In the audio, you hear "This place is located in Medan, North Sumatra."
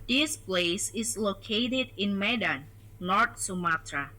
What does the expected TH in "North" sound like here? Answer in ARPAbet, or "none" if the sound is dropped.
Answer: T